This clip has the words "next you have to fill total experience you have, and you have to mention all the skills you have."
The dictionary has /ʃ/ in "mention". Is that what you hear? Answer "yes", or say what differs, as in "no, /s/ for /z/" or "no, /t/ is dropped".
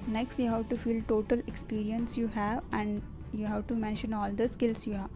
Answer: yes